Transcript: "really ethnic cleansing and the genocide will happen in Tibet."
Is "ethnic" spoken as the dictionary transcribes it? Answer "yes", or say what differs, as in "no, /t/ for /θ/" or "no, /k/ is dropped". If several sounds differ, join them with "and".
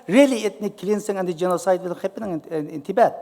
no, /t/ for /θ/